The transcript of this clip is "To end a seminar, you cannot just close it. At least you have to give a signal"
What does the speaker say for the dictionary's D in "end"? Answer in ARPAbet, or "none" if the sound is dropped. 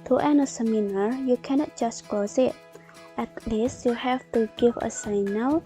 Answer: none